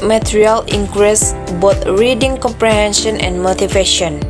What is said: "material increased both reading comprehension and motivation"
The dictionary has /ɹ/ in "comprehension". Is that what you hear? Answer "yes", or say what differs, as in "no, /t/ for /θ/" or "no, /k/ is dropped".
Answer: yes